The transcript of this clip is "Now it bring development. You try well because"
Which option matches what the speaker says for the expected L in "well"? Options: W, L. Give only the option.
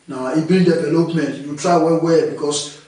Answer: W